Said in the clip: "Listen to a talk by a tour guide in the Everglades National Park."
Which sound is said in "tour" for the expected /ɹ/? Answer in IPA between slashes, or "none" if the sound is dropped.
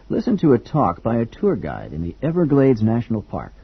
/ɹ/